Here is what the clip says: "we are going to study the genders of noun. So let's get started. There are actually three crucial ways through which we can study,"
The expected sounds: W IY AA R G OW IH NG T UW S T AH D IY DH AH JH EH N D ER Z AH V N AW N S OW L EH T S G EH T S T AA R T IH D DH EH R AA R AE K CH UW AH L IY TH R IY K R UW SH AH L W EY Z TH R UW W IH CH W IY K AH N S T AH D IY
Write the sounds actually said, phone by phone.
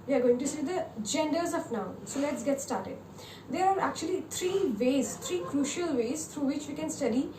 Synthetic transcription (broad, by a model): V IY AA R G OW IH NG T UW S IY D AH JH EH N D ER Z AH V N AW N S OW L EH T S G EH T S T AA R T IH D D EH R AA R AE K CH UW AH L IY T R IY K R UW SH AH L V EY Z T R UW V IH CH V IY K AH N S T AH D IY